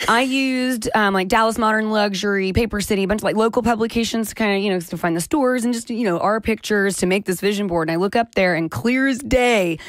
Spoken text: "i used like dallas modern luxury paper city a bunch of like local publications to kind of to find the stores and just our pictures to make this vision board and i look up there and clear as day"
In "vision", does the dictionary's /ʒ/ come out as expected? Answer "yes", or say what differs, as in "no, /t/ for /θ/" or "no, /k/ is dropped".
yes